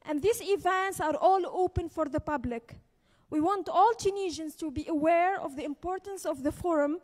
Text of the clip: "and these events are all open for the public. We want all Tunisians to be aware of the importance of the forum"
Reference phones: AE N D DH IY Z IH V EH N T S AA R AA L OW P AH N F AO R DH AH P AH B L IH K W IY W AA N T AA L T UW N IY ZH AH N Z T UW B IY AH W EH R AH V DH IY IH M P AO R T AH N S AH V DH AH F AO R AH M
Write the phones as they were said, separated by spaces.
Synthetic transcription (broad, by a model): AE N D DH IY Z IH V EH N T S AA R AA L OW P AH N F AO R DH AH P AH B L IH K W IY W AA N T AA L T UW N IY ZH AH N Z T UW B IY AH W EH R AH V DH IY IH M P AO R T AH N S AH V DH AH F AO R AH M